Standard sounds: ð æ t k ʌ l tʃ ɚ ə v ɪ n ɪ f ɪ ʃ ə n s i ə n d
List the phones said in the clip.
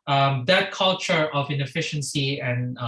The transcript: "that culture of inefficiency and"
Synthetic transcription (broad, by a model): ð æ t k ʌ l tʃ ɚ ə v ɪ n ɪ f ɪ ʃ ə n s i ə n